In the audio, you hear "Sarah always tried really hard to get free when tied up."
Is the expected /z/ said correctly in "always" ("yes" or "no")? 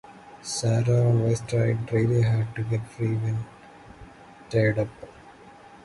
no